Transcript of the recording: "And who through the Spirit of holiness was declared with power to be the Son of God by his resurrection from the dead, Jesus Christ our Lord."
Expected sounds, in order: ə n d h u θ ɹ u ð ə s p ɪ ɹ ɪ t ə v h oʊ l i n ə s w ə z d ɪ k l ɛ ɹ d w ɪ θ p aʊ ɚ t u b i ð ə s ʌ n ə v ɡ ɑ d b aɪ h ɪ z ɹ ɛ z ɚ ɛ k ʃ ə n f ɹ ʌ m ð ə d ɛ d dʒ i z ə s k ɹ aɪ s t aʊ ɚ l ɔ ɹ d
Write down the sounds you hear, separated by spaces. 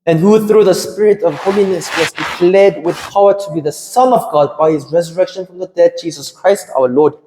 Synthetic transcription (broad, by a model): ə n h u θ ɹ u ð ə s p ɪ ɹ ɪ t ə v h oʊ l i n ə s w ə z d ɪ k l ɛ d w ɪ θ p aʊ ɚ t u b i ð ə s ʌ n ə v ɡ ɑ d b aɪ h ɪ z ɹ ɛ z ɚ ɛ k ʃ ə n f ɹ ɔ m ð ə d ɛ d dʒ i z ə s k ɹ aɪ s t aʊ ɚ l ɔ d